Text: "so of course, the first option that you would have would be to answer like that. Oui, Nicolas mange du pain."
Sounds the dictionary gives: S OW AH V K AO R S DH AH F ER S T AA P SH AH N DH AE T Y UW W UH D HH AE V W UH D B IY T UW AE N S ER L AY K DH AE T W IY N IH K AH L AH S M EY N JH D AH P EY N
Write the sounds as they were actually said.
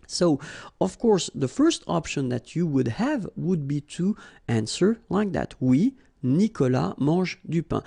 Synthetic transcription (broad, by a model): S OW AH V K AO R S DH AH F ER S T AA P SH AH N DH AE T Y UW W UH D HH AE V W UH D B IY T UW AE N S ER L AY K DH AE T W IY N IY K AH L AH M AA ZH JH D AH P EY